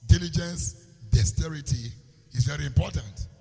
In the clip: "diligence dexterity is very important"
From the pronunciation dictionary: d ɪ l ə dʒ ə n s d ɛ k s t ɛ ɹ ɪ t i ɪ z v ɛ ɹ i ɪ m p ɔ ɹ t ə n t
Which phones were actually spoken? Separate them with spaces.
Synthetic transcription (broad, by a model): d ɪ l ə dʒ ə n s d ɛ s t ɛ ɹ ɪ t i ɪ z v ɛ ɹ i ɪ m p ɔ t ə n t